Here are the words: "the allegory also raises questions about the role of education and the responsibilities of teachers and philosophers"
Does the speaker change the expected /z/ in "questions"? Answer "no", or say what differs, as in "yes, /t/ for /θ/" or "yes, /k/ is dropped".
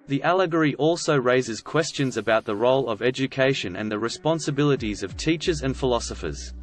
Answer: no